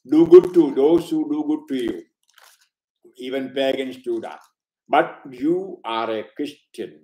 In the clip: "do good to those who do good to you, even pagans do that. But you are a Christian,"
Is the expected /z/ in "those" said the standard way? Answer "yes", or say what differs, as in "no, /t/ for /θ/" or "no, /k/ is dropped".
no, /s/ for /z/